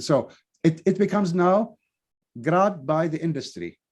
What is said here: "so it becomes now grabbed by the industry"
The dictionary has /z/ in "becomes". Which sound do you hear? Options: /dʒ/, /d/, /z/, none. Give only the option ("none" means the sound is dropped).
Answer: /z/